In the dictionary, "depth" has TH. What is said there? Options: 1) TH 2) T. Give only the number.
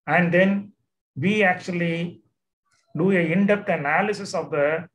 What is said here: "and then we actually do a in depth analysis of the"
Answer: 2